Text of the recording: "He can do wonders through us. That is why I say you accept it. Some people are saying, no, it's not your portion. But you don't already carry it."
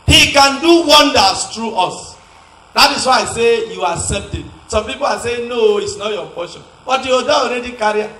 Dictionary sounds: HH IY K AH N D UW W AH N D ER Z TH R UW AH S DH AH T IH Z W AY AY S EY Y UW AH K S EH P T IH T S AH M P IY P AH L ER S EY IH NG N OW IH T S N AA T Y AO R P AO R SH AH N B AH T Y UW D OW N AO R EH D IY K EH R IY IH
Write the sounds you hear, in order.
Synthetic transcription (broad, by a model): HH IY K AH N D UW W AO N D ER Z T R UW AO S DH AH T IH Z W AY AY S EY Y UW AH S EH T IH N S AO M P IY P AH L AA S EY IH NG N OW IH T S N AA T Y AO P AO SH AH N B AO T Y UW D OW AO R EH D IY K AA R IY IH